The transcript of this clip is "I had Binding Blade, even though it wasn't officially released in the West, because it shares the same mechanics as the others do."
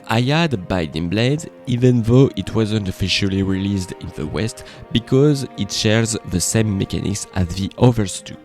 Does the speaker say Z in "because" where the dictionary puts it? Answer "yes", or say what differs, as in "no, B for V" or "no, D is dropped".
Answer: yes